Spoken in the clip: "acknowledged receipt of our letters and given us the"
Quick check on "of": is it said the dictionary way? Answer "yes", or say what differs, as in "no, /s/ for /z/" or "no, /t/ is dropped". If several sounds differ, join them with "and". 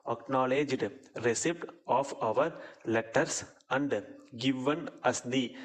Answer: yes